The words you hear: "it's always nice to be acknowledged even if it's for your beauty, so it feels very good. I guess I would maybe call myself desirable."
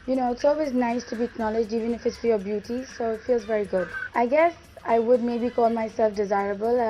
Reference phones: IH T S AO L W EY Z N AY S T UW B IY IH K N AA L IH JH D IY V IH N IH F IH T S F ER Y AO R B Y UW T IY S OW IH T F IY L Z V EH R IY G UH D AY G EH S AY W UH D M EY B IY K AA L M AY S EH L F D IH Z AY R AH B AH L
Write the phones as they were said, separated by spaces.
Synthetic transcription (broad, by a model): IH T S AO L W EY Z N AY S T UW B IY IH K N AA L IH JH D IY V IH N IH F IH T S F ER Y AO B Y UW T IY S OW IH T F IY L Z V EH R IY G UH D AY G EH S AY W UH D M EY B IY K AA L M AY S EH L F D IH Z AY R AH B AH L